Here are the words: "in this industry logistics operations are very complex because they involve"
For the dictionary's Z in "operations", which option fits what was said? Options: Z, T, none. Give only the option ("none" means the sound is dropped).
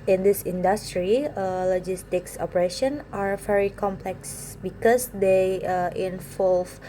none